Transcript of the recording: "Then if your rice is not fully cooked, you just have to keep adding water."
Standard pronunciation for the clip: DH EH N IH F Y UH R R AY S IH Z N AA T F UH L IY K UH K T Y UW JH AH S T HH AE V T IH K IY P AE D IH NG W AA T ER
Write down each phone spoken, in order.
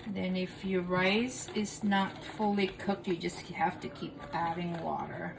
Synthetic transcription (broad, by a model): DH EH N IH F Y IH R R AY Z IH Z N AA T F UH L IY K UH K T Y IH JH AH S T HH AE F T IH K IY P AE D IH NG W AA T ER